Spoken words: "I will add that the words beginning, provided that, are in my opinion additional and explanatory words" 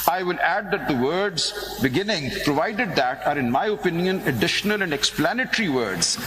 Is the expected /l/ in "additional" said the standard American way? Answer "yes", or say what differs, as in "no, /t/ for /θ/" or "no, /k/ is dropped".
yes